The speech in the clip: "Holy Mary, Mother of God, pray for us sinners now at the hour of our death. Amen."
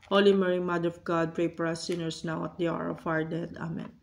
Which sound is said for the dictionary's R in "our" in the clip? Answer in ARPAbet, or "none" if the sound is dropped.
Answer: R